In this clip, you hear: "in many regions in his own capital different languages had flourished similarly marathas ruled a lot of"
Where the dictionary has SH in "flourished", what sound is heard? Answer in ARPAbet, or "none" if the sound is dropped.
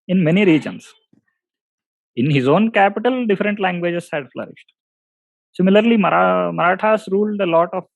SH